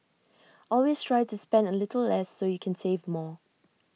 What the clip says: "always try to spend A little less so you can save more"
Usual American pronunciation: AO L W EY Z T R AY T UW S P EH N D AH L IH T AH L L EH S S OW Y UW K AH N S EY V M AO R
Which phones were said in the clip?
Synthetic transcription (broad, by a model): AO L W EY S T R AY T UW S P EH N D AH L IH T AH L L EH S S OW Y UW K AH N S EY V M AO